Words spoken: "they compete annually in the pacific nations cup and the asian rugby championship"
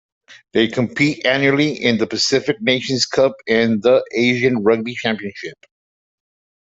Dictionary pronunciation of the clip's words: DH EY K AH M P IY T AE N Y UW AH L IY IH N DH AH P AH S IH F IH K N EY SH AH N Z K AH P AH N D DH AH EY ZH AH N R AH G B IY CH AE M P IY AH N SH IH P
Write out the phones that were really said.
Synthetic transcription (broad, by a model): DH EY K AH M P IY T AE N Y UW L IY IH N DH AH P AH S IH F IH K N EY SH AH N Z K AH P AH N DH AH EY ZH AH N R AH G B IY CH AE M P IY AH N SH IH P